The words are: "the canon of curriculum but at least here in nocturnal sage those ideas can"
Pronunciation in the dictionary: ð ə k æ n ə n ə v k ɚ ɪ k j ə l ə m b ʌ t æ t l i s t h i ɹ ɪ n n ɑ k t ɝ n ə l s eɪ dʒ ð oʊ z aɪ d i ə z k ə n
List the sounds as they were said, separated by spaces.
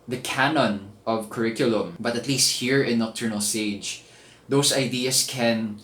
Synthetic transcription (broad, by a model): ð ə k æ n ə n ə v k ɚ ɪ k j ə l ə m b ʌ t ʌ t l i s t h i ɹ ɪ n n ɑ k t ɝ n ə l s eɪ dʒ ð oʊ s aɪ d i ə s k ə n